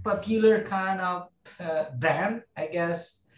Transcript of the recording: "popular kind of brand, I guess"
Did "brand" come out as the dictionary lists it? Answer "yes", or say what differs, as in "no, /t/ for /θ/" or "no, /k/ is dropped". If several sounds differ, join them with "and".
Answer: no, /ɹ/ is dropped